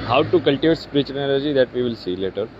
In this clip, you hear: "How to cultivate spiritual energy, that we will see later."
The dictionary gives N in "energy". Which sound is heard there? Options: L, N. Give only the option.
L